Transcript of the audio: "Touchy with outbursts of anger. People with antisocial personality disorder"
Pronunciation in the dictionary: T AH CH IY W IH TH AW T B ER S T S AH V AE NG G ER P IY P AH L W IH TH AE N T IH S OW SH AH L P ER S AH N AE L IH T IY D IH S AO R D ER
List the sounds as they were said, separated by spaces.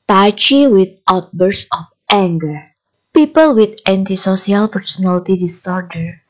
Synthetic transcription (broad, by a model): T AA CH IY W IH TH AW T B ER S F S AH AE NG G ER P IY P AH L W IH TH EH N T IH S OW S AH L P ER S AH N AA L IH T IY D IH S AO R D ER